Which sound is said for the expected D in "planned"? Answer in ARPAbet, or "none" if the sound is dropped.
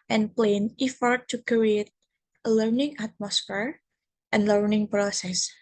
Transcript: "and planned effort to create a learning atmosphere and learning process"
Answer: none